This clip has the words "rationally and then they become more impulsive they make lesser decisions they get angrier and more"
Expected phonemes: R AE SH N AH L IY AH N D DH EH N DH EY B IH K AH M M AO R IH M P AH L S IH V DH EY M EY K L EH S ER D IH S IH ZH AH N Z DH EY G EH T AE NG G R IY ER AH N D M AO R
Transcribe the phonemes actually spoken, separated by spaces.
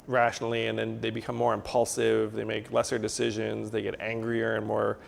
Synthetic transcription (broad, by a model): R AE SH N L IY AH N DH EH N DH EY B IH K AH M M AO R IH M P AH L S IH V DH EY M EY K L EH S ER D IH S IH ZH AH N Z DH EY G EH T AE NG G R IY ER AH N M AO R